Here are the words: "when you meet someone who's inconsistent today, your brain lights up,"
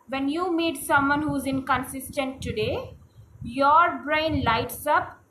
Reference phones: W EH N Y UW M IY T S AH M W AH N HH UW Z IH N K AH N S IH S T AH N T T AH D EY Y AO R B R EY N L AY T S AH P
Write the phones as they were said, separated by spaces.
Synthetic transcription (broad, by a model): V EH N Y UW M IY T S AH M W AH N HH UW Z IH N K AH N S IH S T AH N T T AH D EY Y AO R B R EY N L AY T S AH P